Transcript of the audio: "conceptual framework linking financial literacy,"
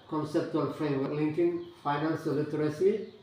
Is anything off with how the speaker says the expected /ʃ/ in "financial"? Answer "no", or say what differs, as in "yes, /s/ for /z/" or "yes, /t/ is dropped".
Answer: yes, /s/ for /ʃ/